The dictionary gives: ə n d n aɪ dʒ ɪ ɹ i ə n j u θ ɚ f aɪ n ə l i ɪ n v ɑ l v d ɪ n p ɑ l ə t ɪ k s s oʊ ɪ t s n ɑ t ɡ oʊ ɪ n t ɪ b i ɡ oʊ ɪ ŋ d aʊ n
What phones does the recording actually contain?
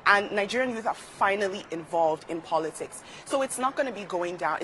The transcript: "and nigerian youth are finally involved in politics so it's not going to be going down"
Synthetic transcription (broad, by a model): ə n n aɪ dʒ ɪ ɹ i ə n j u θ ɚ f aɪ n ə l i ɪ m v ɑ l v d ɪ n p ɑ l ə t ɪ k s s oʊ ɪ t s n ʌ t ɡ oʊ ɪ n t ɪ b i ɡ oʊ ɪ ŋ d aʊ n